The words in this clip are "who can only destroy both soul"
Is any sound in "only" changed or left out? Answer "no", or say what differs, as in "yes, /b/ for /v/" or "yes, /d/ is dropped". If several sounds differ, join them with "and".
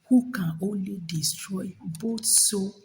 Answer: no